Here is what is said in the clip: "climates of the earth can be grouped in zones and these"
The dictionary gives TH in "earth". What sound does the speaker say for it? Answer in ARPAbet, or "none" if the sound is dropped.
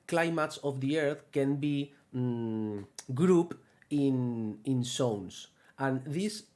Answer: TH